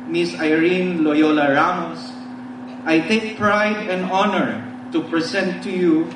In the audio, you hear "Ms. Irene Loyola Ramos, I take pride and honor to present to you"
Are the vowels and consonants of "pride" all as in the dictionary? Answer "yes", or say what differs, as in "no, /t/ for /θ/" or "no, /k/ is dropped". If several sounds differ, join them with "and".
yes